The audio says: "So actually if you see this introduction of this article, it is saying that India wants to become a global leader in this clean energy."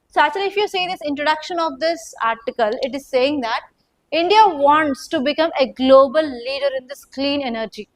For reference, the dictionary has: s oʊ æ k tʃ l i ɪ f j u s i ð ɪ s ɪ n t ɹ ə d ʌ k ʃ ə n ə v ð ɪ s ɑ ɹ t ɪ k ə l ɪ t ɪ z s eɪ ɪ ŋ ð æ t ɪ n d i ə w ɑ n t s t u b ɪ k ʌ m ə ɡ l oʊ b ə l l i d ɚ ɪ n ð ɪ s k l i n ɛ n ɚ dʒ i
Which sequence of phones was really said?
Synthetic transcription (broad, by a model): s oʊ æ tʃ l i ɪ f j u s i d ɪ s ɪ n t ɹ ə d ʌ k ʃ ə n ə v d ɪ s ɑ ɹ t ɪ k ə l ɪ t ɪ z s eɪ ɪ ŋ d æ t ɪ n d i ə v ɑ n t s t u b ɪ k ʌ m ə ɡ l oʊ b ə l l i d ɚ ɪ n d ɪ s k l i n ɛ n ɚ dʒ i